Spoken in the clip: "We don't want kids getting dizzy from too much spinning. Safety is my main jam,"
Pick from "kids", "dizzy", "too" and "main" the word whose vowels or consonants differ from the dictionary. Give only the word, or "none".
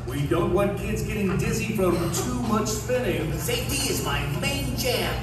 none